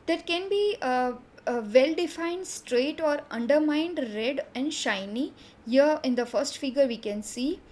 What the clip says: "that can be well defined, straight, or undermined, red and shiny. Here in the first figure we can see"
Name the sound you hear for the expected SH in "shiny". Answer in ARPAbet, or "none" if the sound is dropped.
SH